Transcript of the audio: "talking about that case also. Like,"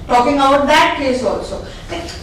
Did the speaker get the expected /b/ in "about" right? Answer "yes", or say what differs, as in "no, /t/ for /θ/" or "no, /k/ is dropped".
no, /b/ is dropped